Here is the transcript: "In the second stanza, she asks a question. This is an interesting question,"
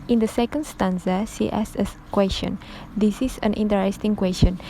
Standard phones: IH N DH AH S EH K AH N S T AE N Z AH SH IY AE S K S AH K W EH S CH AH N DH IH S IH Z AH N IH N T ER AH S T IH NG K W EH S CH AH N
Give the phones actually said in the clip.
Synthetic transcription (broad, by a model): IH N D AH S EH K AH N S T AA N S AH S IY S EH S AH K W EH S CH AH N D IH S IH S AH N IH N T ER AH S T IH NG K W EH S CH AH N